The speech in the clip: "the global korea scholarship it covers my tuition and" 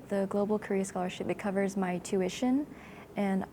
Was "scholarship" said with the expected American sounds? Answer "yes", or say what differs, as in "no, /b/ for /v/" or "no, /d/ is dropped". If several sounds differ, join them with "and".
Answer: yes